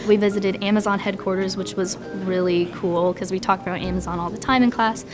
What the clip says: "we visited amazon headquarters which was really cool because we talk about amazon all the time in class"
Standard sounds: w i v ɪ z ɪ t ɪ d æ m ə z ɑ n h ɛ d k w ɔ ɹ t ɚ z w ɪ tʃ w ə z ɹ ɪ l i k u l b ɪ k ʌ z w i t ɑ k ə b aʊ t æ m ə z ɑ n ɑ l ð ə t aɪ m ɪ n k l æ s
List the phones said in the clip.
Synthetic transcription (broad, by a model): w i v ɪ z ɪ t ɪ d æ m ə z ɑ n h ɛ d k w ɔ ɹ t ɚ z w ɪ tʃ w ə z ɹ ɪ l i k u l k ʌ z w i t ɑ k ə b aʊ t æ m ə z ɑ n ɑ l ð ə t aɪ m ɪ n k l æ s